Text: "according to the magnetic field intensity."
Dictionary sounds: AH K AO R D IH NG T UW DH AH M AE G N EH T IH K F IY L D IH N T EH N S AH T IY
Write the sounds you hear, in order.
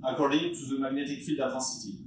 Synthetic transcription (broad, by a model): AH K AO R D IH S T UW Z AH M AE G N EH T IH K F IY L D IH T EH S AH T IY